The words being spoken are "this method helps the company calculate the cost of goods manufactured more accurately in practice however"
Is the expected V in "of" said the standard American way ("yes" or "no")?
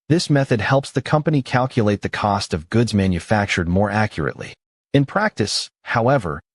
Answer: yes